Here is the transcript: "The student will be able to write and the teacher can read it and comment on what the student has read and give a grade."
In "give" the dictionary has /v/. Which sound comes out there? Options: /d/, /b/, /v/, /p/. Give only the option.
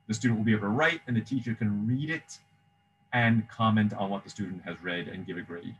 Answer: /v/